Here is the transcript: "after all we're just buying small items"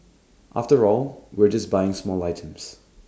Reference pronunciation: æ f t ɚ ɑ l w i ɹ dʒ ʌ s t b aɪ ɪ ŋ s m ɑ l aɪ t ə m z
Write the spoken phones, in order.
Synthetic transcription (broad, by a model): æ f t ɚ ɑ l w i ɹ dʒ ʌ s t b aɪ ɪ ŋ s m ɑ l aɪ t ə m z